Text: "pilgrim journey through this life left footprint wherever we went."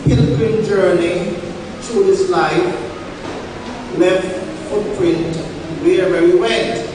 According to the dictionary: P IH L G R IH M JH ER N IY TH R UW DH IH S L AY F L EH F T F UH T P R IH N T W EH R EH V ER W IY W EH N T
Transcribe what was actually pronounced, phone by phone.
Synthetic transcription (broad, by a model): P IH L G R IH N JH ER N IY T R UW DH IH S L AY F L EH F T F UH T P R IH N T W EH EH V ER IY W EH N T